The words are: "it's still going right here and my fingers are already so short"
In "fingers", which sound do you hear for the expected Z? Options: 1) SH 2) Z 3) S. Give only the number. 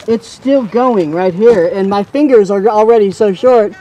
2